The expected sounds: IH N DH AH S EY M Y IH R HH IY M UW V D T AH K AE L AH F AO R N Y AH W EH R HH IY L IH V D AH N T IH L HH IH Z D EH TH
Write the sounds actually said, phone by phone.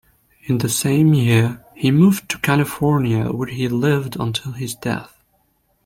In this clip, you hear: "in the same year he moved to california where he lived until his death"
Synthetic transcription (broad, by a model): IH N DH AH S EY M Y IH R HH IY M UW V T AH K AE L AH F AO R N Y AH W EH R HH IY L IH V D AH N T IH L IH Z D EH TH